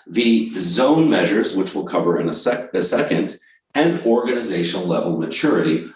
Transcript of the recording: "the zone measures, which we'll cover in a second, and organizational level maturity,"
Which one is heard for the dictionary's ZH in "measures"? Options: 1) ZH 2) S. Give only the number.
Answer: 1